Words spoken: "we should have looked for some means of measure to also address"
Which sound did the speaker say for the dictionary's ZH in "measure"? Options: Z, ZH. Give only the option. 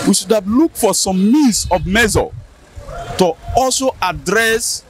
Z